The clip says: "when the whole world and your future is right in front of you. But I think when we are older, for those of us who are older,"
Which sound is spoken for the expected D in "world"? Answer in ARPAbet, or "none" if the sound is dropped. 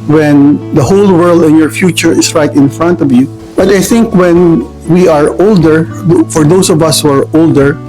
D